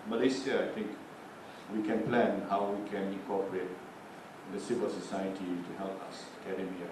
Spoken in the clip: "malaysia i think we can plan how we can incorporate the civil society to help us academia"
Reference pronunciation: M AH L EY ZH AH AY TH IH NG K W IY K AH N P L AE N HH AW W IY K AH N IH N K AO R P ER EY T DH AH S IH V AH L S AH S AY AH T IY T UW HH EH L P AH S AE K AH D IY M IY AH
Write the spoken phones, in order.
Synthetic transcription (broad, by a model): M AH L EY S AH AY T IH NG K W IY K AH N P L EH N HH AW W IY K AH N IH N K AO P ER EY T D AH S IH W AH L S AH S AY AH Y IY T UW HH EH L P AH S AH K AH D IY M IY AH